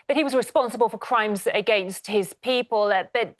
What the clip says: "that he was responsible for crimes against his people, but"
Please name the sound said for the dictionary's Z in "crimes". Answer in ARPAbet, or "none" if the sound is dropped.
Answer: Z